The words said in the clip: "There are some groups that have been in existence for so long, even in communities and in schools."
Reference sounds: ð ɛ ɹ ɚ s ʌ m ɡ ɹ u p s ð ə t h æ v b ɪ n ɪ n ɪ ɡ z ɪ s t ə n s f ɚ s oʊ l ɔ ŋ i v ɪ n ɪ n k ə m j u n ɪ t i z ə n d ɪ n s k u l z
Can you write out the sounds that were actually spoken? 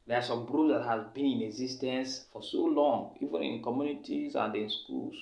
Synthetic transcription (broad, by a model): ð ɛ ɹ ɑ s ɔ m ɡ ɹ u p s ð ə t h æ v b ɪ n ɪ n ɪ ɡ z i s t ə n s f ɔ s oʊ l ɔ ŋ i v ɪ n ɪ n k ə m j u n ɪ t i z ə n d ɪ n s k u l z